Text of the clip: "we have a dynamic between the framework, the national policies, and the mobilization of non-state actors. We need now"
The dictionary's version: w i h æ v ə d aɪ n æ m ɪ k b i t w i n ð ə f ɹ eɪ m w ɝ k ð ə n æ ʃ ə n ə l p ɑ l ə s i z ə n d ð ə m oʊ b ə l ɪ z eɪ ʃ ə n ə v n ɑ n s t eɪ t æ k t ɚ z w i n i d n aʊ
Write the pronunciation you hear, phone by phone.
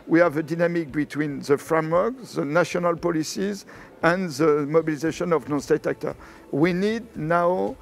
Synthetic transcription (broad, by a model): w i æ v ə d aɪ n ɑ m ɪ k b i t w i n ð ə f ɹ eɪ m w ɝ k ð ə n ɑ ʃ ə n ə l p ɑ l ə s i z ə n ð ə m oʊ b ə l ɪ z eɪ ʃ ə n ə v n ɑ n s t eɪ t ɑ k t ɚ w i n i d n aʊ